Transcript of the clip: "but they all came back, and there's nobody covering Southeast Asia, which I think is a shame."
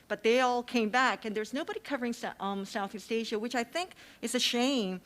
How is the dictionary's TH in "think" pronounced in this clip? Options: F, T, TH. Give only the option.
TH